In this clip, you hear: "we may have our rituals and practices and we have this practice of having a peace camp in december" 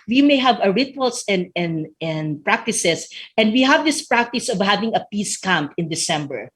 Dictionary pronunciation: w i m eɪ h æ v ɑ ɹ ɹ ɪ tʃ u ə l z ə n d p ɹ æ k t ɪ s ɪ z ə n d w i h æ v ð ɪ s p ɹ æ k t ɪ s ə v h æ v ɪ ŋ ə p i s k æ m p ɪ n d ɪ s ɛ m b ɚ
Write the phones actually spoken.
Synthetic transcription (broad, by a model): w i m eɪ h æ v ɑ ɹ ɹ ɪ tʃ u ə l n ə n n p ɹ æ k t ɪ s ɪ s ə n d w i h æ v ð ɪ s p ɹ æ k t ɪ s ə v h æ v ɪ ŋ ə p i s k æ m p ɪ n d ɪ s ɛ m b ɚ